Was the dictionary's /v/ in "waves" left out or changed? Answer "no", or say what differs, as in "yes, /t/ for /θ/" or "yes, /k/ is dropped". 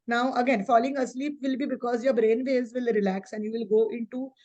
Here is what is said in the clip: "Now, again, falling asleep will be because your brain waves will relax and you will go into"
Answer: yes, /v/ is dropped